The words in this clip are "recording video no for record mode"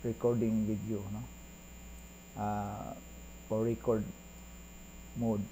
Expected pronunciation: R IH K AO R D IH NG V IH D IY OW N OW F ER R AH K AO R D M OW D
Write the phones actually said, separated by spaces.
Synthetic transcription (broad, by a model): R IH K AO R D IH NG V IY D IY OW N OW P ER R AH K AO R D M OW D